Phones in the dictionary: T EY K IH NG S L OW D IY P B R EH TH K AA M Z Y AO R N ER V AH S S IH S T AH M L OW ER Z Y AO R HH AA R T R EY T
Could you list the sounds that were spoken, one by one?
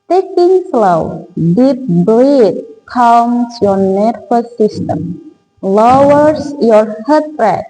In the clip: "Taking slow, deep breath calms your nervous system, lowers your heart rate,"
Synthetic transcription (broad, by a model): T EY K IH NG S L OW D IY P B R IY T K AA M S Y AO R N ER F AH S S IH S T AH M L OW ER S Y AO R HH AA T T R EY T